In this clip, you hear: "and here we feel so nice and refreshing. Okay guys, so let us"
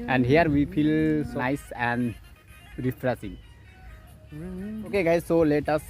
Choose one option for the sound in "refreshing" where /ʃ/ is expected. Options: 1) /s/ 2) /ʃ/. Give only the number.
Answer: 1